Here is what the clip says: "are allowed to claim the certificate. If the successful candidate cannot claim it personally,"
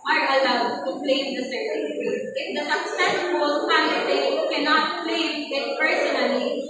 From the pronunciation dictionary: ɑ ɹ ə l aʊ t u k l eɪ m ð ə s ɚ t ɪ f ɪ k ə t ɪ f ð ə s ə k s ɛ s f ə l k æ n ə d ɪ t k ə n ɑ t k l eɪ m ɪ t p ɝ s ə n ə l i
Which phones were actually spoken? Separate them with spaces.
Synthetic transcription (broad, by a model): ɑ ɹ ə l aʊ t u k l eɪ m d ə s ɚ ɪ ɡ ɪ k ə ɪ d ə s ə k s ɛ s ə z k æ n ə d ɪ k ə n ɑ t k l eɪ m ɪ t p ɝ s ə n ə l i